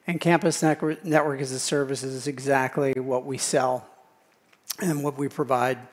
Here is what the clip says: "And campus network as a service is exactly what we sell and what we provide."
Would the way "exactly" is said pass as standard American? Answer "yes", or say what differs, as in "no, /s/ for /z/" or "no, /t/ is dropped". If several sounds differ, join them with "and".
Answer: yes